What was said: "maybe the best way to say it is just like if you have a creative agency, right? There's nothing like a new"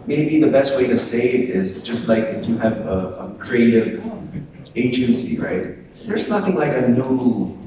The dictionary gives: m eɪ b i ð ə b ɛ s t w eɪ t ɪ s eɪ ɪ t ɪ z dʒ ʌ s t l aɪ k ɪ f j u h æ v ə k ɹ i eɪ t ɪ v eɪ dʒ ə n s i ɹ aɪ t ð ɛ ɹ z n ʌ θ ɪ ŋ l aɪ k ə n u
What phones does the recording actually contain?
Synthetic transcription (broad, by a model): m eɪ b i ð ə b ɛ s t w eɪ t ɪ s eɪ ɪ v ɪ z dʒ ʌ s t l aɪ k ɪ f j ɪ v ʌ ə k ɹ i eɪ t ɪ v eɪ dʒ ə n s i ɹ aɪ t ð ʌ ɹ z n ʌ θ ɪ ŋ l aɪ k ə n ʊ